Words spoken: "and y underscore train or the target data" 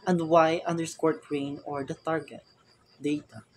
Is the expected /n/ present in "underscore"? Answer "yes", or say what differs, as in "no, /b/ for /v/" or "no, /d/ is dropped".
yes